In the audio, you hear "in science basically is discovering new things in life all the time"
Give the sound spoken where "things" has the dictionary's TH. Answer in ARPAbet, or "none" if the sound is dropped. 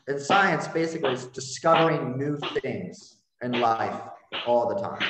TH